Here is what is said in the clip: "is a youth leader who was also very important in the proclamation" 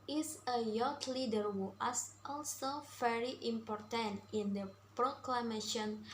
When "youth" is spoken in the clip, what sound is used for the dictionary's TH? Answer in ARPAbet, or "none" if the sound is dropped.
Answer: T